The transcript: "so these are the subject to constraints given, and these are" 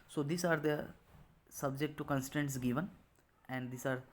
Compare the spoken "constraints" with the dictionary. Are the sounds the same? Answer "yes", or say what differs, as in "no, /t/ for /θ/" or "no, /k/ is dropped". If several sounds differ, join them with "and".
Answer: no, /ɹ/ is dropped